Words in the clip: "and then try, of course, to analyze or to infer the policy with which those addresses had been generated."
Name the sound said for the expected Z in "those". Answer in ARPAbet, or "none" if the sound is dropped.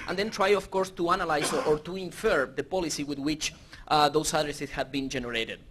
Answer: S